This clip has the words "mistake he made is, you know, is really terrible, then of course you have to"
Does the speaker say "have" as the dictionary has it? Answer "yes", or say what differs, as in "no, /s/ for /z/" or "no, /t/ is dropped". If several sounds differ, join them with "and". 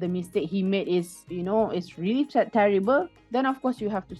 no, /f/ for /v/